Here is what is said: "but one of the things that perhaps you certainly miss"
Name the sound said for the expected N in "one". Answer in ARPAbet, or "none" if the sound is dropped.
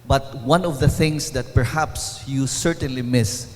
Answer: N